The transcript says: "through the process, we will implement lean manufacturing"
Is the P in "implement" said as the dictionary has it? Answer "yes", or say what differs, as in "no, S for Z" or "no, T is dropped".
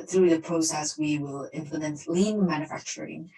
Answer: no, F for P